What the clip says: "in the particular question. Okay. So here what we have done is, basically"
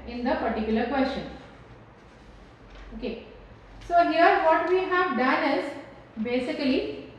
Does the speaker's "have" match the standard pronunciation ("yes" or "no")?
yes